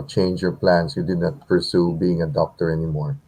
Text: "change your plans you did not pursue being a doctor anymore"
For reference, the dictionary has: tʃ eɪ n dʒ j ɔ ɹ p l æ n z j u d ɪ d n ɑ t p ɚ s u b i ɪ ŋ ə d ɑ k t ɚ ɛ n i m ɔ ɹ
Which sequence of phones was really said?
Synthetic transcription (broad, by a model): tʃ eɪ n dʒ j ɔ ɹ p l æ n s j u d ɪ d n ɑ t p ɚ s u b i ɪ ŋ ə d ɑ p t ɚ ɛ n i m ɔ ɹ